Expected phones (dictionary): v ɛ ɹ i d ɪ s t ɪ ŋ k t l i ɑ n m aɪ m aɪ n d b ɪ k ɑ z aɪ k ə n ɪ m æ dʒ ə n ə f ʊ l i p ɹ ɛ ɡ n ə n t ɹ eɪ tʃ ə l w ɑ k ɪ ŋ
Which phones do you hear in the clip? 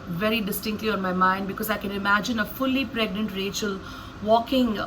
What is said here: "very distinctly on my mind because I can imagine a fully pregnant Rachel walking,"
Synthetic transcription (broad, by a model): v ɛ ɹ i d ɪ s t ɪ ŋ k t l i ɑ n m aɪ m aɪ n d b ɪ k ɑ z aɪ k ə n ɪ m æ dʒ ə n ə f ʊ l i p ɹ ɛ ɡ n ə n t ɹ eɪ tʃ ə l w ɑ k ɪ ŋ